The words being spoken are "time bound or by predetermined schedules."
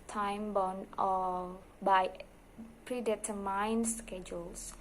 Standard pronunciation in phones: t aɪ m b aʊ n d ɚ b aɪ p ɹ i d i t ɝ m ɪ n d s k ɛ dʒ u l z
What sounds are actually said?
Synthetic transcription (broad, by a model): t aɪ m b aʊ n ɚ b aɪ p ɹ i d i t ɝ m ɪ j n s k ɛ dʒ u l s